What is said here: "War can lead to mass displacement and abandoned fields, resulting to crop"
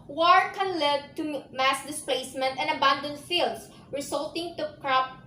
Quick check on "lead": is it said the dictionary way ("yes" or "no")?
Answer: yes